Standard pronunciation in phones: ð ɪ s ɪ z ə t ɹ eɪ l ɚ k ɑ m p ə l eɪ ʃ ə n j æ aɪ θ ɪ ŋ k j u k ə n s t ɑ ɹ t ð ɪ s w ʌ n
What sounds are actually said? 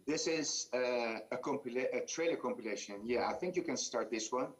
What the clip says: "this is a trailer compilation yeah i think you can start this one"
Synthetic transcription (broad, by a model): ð ɪ s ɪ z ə t ɹ eɪ l ɚ k ɑ m p ə l eɪ ʃ ə n j æ aɪ θ ɪ ŋ k j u k ə n s t ɑ ɹ t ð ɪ s w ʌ n